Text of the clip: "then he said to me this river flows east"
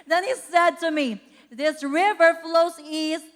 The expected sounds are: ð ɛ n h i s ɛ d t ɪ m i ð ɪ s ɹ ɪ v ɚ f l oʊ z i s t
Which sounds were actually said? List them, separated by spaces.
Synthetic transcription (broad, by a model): ð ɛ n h i s ɛ d t ɪ m i ð ɪ s ɹ ɪ v ɚ f l oʊ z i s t